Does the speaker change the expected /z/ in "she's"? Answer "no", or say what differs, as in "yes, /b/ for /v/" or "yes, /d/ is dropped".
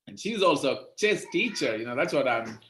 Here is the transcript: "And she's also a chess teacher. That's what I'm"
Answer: no